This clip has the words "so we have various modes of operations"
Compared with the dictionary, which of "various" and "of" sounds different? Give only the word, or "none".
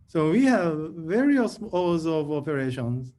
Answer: none